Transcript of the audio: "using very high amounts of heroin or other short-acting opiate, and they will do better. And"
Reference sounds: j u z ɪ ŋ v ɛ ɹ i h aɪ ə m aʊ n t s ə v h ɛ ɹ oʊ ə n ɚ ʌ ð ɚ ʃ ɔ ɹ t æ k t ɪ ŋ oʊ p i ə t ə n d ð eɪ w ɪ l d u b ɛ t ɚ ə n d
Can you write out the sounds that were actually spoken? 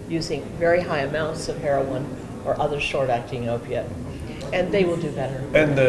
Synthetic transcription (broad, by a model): j u z ɪ ŋ v ɛ ɹ i h aɪ ə m aʊ n t s ə v h ɛ ɹ oʊ ə n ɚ ʌ ð ɚ ʃ ɔ ɹ t æ k t ɪ ŋ oʊ p i ə t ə n ð eɪ w ɪ l d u b ɛ t ɚ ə n